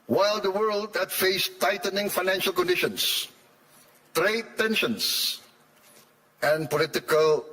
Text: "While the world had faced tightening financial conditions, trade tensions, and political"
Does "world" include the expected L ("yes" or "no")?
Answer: yes